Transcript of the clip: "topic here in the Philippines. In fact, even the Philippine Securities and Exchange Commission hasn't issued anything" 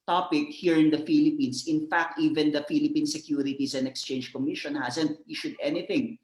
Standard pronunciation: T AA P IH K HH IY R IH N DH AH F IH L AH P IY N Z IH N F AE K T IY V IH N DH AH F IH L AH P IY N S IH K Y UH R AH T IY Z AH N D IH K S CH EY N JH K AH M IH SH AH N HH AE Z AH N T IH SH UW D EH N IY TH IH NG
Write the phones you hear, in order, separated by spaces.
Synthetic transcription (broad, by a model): T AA P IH K HH IY R IH N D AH F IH L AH P IY N S IH N F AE K T IY V IH N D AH F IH L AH P IY N S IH K Y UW R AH T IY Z AH N D IH K S CH EY N JH K AH M IH SH AH N HH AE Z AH N T IH SH UW D EH N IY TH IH NG